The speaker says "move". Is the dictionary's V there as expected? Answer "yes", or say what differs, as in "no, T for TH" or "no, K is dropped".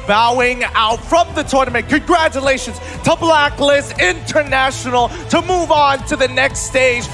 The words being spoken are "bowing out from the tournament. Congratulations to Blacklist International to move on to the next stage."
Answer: yes